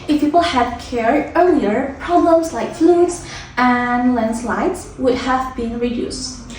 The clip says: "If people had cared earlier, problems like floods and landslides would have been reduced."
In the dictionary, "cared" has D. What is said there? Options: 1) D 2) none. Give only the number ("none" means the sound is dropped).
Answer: 2